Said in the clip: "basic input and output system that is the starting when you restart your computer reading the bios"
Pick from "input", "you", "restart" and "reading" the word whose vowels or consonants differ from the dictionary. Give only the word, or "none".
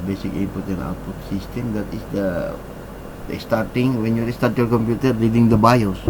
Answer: input